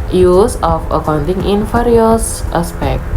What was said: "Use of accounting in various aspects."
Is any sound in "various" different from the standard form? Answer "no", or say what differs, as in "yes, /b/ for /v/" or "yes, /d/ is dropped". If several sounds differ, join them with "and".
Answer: yes, /f/ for /v/